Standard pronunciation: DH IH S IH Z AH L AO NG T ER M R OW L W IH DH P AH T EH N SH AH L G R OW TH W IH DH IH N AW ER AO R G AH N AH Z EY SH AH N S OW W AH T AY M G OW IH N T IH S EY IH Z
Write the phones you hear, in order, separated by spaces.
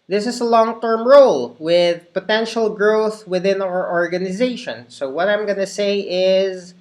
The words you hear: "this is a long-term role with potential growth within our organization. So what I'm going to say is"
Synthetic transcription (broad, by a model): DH IH S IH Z AH L AO NG T ER M R OW L W IH DH P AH T EH N SH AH L G R OW TH W IH DH IH N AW ER AO R G AH N AH Z EY SH AH N S OW W AH T AY M G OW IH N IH S EY IH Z